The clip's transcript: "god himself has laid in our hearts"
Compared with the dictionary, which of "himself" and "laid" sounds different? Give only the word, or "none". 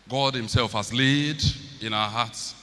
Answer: none